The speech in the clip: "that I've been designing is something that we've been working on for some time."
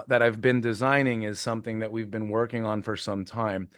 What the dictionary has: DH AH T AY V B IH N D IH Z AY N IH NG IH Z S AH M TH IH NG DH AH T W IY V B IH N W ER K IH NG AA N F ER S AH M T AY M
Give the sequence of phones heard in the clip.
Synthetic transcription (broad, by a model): DH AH T AY V B IH N D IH Z AY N IH NG IH Z S AH M TH IH NG DH AH T W IY V B IH N W ER K IH NG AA N F ER S AH M T AY M